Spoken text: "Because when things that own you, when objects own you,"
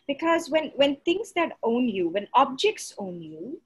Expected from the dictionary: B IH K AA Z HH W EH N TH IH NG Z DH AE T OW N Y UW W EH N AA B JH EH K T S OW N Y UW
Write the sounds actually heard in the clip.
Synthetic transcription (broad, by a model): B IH K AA Z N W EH N T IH NG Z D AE T OW N Y UW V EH N AA B JH EH K T S OW N Y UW